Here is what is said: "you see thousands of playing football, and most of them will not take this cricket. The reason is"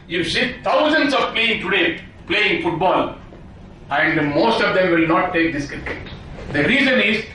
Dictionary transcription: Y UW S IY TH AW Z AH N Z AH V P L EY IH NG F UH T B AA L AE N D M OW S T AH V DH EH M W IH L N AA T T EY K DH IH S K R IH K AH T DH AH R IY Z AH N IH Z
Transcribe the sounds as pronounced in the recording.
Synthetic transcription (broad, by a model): Y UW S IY T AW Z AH N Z AH V P L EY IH NG F UH T B AA L AE N D M OW S T AH V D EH M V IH L N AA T T EY K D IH S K IH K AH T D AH R IY Z AH N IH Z